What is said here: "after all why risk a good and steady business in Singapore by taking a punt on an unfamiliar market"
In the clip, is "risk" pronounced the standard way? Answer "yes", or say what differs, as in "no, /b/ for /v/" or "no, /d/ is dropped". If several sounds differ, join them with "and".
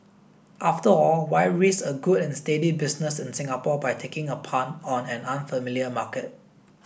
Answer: no, /k/ is dropped